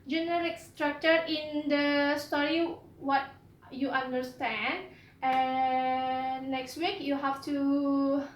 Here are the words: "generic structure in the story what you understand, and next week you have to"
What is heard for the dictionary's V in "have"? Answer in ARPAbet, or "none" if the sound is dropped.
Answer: F